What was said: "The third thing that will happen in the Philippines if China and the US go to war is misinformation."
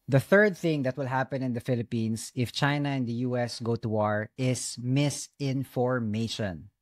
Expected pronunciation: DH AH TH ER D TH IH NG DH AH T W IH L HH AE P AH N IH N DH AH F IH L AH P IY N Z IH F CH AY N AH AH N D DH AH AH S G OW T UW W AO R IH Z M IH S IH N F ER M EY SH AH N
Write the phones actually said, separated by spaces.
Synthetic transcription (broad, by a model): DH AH TH ER D TH IH NG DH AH T W IH L HH AE P AH N IH N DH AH F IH L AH P IY N S IH F CH AY N AH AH N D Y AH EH S G OW T UW W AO R IH S M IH S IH N F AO M EY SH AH N